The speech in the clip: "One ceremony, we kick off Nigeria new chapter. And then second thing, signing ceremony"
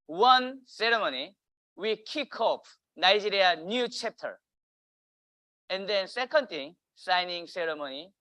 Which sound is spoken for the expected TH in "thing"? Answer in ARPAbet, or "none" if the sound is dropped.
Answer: T